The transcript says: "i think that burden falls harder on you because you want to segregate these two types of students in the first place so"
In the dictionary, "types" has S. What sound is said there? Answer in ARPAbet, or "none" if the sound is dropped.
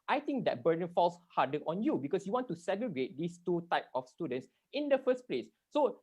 none